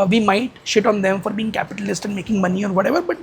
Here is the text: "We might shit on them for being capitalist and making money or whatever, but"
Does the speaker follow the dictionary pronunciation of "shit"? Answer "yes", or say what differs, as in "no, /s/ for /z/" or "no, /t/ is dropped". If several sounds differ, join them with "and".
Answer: yes